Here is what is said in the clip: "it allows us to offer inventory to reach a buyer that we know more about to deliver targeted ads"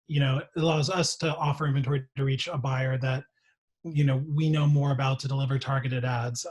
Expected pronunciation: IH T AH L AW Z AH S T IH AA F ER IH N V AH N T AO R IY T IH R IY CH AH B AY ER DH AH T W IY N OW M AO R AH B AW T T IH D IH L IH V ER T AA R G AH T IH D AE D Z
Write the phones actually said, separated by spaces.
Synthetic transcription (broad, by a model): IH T AH L AW Z AH S T IH AA F ER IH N V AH N T AO R IY T IH R IY CH AH B AY ER DH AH T W IY N OW M AO R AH B AW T T IH D IH L IH V ER T AA R G AH T IH D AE D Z